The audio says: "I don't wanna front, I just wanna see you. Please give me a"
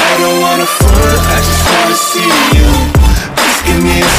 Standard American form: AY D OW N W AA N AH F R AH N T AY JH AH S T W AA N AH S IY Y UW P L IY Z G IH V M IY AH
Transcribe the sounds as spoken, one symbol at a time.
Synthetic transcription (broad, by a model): AY D OW N W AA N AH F AH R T AY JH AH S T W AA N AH S IY Y UW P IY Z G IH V M IY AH